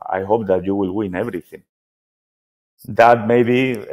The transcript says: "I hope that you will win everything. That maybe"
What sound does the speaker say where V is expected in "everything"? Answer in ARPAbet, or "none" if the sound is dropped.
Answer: V